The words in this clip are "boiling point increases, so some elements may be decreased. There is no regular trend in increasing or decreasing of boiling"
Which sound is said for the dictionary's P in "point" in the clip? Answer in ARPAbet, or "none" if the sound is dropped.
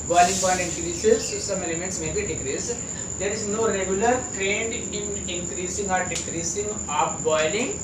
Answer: B